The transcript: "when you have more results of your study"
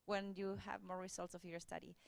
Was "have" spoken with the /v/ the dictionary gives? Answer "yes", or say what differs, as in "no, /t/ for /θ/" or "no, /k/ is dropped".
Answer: yes